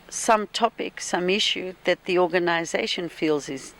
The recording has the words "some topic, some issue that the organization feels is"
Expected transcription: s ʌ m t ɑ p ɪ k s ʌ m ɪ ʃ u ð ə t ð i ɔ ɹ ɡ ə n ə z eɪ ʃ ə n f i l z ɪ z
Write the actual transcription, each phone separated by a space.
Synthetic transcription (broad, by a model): s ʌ m t ɑ p ɪ k s ʌ m ɪ ʃ u ð ə t ð i ɔ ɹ ɡ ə n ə z eɪ ʃ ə n f i l z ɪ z